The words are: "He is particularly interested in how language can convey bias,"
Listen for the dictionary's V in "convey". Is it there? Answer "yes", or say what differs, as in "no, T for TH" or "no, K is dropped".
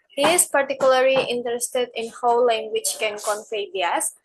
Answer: no, F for V